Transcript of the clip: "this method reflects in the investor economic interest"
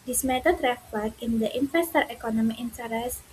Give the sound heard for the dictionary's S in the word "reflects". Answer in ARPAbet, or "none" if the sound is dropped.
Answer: none